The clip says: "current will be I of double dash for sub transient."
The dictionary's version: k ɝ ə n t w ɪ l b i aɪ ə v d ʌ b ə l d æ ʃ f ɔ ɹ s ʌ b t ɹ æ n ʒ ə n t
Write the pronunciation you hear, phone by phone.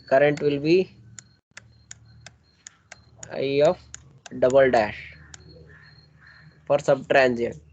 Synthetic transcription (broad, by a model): k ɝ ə n t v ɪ l b i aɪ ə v d ʌ b ə l d æ ʃ f ɔ ɹ s ʌ b t ɹ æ n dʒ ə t